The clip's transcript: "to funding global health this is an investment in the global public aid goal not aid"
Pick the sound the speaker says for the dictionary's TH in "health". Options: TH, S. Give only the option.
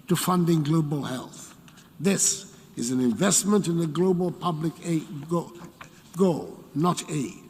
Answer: TH